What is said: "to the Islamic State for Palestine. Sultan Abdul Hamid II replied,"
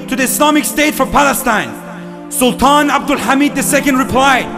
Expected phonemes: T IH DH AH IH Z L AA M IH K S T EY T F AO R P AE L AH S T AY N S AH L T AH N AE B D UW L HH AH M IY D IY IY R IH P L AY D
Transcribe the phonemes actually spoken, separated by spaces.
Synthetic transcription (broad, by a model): T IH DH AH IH S L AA M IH K S T EY T F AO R P AE L AH S T AY N S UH L T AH N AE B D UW L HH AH M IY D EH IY R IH P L AY